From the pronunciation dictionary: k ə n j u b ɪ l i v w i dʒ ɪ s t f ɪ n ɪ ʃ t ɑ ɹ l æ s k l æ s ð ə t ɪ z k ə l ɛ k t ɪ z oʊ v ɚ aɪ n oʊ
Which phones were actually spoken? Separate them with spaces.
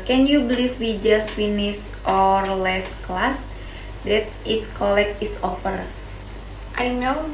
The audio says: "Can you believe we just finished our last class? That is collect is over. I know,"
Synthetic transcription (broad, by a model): k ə n j u b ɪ l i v w i dʒ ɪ s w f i n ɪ s t ɑ ɹ l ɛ s k l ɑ s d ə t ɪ s k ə l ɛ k ɪ s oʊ f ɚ aɪ n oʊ